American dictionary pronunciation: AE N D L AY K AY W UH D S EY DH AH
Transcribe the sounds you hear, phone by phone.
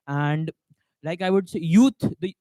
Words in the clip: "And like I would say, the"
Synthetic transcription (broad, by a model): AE N D L AY K AY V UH D S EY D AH